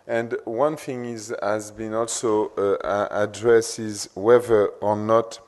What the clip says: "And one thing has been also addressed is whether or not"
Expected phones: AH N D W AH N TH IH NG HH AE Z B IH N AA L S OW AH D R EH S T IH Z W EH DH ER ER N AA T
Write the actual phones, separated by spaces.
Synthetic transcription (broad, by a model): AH N D W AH N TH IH NG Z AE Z B IH N AA L S OW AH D R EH S IH Z W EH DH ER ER N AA T